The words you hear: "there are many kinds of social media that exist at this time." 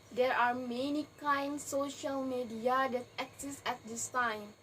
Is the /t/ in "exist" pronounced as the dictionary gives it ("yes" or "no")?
no